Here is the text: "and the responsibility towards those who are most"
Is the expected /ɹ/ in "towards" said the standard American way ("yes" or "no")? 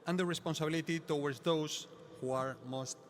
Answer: no